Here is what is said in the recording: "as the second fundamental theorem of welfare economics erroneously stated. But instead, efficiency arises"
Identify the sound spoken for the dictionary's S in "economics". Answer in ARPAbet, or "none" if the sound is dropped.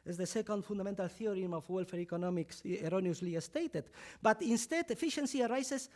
S